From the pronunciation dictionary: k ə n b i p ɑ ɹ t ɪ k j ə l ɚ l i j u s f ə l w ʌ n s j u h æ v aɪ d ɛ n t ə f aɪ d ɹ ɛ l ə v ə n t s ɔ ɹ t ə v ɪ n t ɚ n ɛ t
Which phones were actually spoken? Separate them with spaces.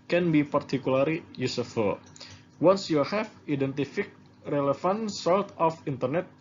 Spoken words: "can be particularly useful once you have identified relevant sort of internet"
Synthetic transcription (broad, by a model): k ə n b i p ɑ ɹ t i k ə l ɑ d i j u s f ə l w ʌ n s j u h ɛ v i d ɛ n t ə f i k ɹ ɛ l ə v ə n s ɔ l t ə f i n t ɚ n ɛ t